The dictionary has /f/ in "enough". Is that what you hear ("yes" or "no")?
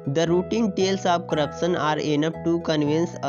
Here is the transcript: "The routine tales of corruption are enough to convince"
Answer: no